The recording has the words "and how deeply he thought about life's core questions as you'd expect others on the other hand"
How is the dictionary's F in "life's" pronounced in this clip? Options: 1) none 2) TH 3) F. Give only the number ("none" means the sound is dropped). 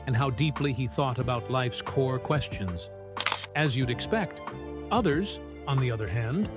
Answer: 3